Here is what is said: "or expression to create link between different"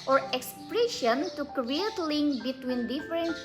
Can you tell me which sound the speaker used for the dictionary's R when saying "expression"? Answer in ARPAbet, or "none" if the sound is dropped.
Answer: R